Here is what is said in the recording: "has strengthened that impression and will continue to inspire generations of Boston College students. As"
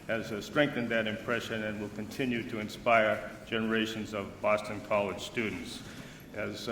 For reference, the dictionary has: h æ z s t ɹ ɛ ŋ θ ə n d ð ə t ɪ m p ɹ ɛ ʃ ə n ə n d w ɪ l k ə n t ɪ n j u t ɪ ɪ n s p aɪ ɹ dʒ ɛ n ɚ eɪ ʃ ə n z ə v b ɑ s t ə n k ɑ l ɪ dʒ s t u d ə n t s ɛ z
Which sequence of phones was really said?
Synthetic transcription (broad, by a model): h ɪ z s t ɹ ɛ ŋ θ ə n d ð ə t ɪ m p ɹ ɛ ʃ ə n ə n w ɪ l k ə n t ɪ n j u t ɪ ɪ n s p aɪ ɹ dʒ ɛ n ɚ eɪ ʃ ə n z ə v b ɑ s t ə n k ɑ l ɪ dʒ s t u d n t s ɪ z